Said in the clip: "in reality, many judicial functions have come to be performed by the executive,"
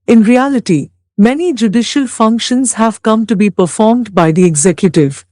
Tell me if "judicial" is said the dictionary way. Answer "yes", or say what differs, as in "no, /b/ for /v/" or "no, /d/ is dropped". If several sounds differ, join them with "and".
yes